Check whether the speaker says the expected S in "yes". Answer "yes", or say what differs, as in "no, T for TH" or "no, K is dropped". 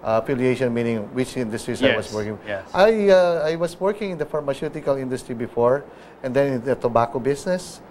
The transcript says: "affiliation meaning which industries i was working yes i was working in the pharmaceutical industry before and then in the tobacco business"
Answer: no, S is dropped